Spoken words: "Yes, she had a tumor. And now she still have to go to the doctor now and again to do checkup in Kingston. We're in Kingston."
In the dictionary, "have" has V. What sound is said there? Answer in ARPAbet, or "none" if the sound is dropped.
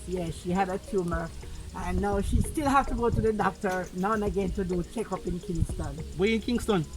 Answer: F